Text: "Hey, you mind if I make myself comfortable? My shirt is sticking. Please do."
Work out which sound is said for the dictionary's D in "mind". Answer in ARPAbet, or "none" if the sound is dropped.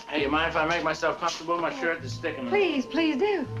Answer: none